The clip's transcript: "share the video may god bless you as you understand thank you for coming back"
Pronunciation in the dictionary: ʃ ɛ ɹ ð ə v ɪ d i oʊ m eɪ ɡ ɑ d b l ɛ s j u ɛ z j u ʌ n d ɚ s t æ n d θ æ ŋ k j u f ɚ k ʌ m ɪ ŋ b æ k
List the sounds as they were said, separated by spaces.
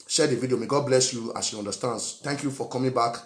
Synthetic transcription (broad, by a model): ʃ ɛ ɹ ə v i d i oʊ m eɪ ɡ ɑ d b l ɛ s j u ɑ s j u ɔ n d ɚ s t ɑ n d s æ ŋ k j u f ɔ k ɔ m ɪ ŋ b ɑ k